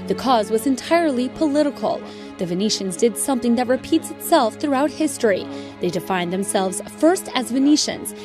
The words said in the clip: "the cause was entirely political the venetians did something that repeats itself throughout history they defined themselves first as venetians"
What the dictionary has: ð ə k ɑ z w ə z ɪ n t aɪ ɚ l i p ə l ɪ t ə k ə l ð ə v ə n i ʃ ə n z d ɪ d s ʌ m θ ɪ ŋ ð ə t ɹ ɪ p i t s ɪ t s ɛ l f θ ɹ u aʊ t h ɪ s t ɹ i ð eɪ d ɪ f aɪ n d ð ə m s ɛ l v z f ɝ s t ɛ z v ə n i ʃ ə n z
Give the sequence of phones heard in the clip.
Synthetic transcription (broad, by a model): ð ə k ɑ z w ə z ɪ n t aɪ ɚ l i p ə l ɪ t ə k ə l ð ə v ə n i ʃ ə n z d ɪ d s ʌ m θ ɪ ŋ ð ə t ɹ ɪ p i t s ɪ t s ɛ l f θ ɹ u aʊ t h ɪ s t ɹ i ð eɪ d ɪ f aɪ n ð ə m s ɛ l v z f ɝ s t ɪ z v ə n i ʃ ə n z